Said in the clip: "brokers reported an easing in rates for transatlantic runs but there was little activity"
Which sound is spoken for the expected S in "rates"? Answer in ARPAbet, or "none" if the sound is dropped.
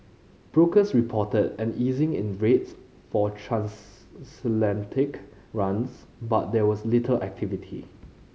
S